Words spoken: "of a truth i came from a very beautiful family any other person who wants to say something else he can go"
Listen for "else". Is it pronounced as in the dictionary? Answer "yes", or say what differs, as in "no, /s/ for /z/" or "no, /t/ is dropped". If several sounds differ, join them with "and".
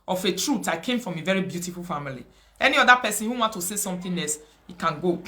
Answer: no, /l/ is dropped